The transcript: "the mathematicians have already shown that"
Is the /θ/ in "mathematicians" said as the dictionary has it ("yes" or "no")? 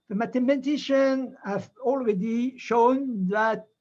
no